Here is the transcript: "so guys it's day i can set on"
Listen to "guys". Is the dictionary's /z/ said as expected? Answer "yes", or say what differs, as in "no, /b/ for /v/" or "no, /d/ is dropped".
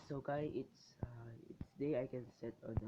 no, /s/ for /z/